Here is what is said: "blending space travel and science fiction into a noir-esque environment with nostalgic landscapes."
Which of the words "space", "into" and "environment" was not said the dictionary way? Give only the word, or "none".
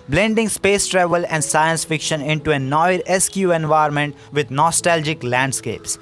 environment